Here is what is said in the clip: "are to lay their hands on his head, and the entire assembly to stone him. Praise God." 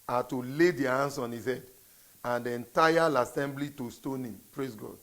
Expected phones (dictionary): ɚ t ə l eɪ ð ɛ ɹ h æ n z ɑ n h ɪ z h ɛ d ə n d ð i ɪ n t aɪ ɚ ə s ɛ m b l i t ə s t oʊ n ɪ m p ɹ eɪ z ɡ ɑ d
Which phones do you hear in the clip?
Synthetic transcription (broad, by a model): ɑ t ə l eɪ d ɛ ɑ h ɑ n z ɑ n h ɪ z h ɛ d ə n d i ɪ n t aɪ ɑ ə s ɛ m b l i t ə s t oʊ n ɪ m p ɹ eɪ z ɡ ɑ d